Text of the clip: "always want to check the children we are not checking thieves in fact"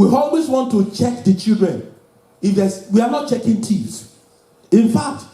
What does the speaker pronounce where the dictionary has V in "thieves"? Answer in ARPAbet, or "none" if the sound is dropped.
none